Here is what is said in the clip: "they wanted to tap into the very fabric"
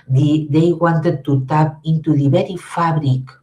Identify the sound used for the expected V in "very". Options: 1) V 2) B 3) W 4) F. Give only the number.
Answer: 2